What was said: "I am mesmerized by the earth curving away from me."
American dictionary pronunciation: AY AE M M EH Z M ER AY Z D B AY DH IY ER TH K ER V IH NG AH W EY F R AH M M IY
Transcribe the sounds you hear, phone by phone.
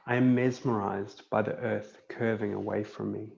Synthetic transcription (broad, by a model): AY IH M M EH Z M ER AY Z B AY DH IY ER TH K ER V IH NG AH W EY F R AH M M IY